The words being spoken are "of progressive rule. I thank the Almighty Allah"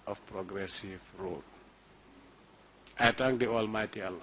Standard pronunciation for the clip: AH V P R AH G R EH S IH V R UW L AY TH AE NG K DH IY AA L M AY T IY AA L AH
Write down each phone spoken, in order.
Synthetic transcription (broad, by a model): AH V P R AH G R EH S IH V R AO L AY T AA NG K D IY AA L M AY T IY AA L